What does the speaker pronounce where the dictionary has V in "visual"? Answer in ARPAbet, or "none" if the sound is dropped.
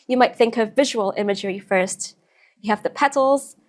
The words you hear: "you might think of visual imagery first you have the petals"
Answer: V